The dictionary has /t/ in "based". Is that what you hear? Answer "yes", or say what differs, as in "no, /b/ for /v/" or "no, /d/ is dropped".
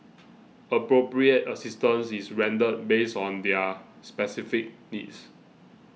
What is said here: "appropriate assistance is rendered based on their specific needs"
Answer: no, /t/ is dropped